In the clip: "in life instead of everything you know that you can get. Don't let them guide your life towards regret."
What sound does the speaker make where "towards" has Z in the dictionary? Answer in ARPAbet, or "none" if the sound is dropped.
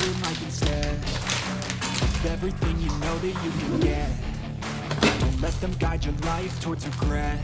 Z